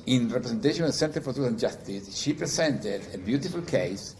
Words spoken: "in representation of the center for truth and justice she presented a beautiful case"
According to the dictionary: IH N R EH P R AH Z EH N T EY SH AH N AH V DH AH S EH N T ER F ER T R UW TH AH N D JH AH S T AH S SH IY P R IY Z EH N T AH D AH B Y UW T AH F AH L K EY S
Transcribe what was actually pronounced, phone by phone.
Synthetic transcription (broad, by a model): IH N R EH P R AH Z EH N T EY AH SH AH V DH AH S EH N T ER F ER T UW S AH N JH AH S T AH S SH IY P R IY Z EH N T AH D AH B Y UW T AH F AH L K EY S